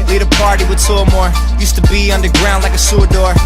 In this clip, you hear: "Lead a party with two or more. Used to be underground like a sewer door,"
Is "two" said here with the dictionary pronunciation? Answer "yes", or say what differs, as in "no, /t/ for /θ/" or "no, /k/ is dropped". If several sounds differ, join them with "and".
no, /s/ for /t/